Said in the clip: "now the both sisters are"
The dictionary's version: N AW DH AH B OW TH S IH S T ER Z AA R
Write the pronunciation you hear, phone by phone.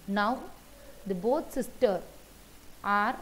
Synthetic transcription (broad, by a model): N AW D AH B OW T S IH S T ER AA R